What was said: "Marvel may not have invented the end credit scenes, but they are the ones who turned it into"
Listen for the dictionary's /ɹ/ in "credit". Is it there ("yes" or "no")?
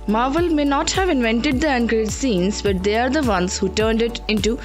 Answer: no